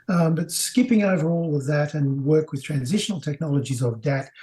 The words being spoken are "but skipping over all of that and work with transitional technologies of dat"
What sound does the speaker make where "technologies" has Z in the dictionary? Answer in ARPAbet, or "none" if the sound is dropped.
Z